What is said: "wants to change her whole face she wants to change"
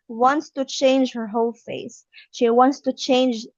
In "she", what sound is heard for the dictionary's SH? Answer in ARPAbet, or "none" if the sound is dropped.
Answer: SH